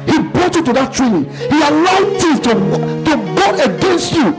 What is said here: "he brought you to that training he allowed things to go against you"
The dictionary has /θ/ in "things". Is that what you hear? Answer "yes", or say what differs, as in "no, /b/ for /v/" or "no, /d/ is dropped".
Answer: no, /t/ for /θ/